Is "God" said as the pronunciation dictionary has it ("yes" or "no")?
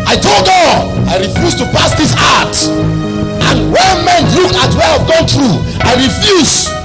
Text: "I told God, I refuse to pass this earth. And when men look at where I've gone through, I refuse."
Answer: no